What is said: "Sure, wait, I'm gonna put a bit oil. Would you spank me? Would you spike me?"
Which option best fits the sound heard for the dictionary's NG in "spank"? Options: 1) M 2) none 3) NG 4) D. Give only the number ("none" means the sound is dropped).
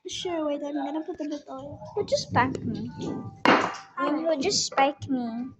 2